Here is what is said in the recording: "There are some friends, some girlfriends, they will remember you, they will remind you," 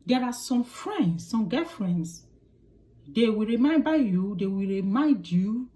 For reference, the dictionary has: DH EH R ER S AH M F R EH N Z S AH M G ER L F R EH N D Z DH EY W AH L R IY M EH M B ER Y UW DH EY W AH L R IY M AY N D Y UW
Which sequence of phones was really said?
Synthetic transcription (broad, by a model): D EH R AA S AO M F R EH N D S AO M G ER F R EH N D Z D EY W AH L R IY M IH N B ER Y UW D EY W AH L R IY M AY N D Y UW